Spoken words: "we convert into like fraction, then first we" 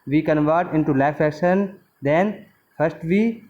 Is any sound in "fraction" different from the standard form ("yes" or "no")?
yes